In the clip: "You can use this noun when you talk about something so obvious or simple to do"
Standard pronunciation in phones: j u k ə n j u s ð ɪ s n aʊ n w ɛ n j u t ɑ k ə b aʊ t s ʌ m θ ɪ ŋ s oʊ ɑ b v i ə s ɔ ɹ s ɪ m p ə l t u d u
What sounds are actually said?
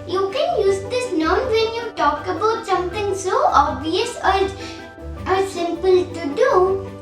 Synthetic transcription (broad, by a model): j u k ə n j u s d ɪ s n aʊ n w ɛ n j u t ɑ k ə b aʊ t s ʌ m t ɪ ŋ s oʊ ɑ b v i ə s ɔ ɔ s ɪ m p ə l t u d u